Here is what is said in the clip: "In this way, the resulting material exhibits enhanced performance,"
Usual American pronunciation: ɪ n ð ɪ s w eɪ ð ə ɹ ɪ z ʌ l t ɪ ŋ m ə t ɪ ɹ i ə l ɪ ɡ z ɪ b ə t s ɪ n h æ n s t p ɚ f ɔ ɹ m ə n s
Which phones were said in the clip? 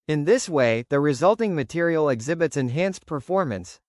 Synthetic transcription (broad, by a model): ɪ n ð ɪ s w eɪ ð ə ɹ ɪ z ʌ l t ɪ ŋ m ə t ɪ ɹ i l ɪ ɡ z ɪ b ə t s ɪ n h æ n s p ɚ f ɔ ɹ m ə n s